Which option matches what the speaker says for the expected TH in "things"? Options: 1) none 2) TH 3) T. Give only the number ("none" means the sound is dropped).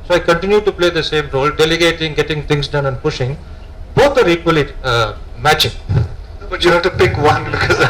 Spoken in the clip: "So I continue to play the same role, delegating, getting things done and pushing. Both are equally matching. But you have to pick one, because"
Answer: 3